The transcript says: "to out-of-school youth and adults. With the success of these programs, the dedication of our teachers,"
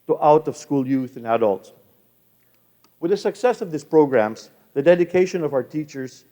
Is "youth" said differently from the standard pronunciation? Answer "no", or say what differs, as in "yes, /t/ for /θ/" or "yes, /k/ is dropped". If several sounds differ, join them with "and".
no